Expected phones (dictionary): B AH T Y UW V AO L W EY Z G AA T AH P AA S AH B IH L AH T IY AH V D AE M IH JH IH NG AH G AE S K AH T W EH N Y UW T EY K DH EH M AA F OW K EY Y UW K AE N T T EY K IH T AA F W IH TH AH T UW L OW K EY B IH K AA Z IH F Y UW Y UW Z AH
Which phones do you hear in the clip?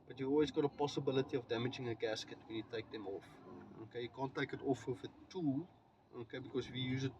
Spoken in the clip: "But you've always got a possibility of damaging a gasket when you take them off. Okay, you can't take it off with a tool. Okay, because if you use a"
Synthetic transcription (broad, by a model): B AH T Y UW AO L W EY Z G AA T AH P AA S AH B IH L AH T IY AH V D AE M IH JH IH NG AH G AE S K AH T W EH N Y UW T EY K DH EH M AA F OW K EY Y UW K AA N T T EY K IH T AA F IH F AH T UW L OW K EY B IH K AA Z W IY Y UW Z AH